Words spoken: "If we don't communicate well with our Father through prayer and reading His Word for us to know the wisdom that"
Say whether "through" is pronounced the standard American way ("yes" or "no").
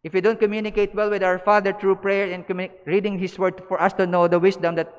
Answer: no